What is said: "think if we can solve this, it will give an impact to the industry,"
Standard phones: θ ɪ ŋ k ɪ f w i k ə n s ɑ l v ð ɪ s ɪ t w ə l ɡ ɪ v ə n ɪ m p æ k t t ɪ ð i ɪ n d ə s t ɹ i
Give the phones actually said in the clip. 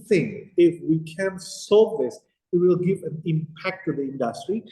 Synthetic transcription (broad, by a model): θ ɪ ŋ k ɪ f w i k ə n s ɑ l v ð ɪ s ɪ t w ə l ɡ ɪ v ə n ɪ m p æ k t t ɪ ð i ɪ n d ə s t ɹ i